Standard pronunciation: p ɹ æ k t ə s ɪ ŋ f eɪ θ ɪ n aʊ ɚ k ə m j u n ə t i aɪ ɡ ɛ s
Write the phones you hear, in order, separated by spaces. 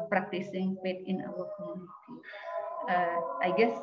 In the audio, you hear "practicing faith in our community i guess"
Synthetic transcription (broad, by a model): p ɹ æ k t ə s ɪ ŋ p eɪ t ɪ n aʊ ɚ k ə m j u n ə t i aɪ ɡ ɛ s